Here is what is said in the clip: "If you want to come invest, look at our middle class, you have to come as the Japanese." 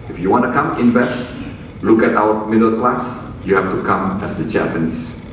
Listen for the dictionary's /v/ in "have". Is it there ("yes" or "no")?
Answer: no